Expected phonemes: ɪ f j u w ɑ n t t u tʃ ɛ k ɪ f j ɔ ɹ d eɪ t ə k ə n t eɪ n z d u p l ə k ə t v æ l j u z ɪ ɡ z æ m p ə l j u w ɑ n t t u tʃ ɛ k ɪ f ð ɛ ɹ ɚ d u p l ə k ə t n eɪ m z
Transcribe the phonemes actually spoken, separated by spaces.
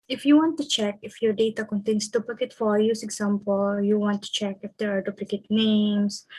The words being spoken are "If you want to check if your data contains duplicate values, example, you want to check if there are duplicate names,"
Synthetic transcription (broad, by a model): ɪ f j u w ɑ n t t u tʃ ɛ k ɪ f j ɔ ɹ d eɪ t ə k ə n t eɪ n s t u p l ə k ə t f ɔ j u s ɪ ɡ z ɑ m p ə l j u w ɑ n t t u tʃ ɛ k ɪ f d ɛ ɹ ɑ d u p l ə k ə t n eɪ m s